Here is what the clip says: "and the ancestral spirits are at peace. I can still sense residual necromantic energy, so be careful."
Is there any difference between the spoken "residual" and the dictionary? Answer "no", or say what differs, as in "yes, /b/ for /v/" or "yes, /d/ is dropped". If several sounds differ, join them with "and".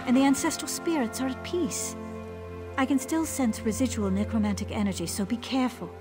no